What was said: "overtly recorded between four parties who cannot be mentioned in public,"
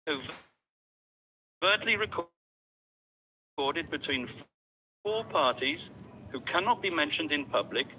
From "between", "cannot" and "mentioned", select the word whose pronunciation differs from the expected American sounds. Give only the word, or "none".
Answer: none